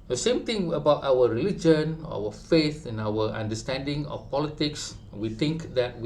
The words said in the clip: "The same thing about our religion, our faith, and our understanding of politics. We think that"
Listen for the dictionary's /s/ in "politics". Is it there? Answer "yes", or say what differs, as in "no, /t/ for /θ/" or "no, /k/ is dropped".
yes